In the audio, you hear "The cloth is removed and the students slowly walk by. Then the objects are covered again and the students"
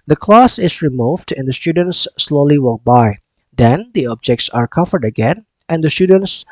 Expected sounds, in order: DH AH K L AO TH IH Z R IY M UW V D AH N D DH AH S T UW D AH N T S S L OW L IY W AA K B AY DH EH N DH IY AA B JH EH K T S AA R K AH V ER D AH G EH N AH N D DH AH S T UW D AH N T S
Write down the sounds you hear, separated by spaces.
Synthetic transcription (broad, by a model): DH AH K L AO S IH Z R IY M UW V D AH N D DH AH S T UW D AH N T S S L OW L IY W AA K B AY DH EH N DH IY AA B JH EH K T S AA R K AH V ER D AH G EH N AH N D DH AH S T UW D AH N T S